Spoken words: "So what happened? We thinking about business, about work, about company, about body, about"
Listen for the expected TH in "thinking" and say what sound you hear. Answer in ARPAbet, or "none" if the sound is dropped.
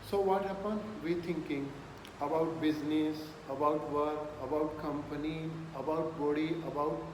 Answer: T